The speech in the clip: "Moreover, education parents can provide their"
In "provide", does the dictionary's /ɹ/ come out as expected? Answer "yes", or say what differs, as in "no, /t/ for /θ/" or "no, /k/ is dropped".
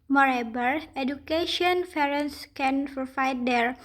no, /ɹ/ is dropped